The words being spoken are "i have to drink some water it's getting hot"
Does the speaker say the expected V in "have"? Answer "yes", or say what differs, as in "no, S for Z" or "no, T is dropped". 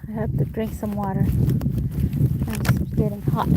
no, P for V